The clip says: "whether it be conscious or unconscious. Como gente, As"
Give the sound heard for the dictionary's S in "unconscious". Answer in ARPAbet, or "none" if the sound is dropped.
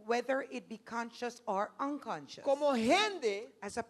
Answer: none